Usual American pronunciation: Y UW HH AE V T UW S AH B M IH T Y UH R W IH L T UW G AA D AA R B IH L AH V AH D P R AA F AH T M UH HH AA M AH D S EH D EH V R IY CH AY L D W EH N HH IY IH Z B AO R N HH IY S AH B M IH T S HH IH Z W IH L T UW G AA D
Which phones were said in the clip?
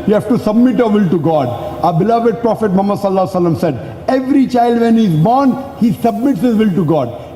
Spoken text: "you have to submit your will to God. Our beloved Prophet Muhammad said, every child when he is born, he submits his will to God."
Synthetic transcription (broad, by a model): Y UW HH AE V T UW S AH B M IH T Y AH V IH L T UW G AA D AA B IH L AH V AH D P R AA F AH T M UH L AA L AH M S EH D EH V R IY CH AY L D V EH N HH IY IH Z B AO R N HH IY S AH B M IH T S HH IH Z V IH L T UW G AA D